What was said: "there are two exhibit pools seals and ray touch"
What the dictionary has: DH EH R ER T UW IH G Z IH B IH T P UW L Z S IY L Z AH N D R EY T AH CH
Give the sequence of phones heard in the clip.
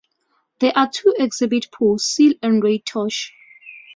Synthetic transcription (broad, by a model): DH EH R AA T UW IH G Z IH B IH T P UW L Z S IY L AH N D R EY T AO SH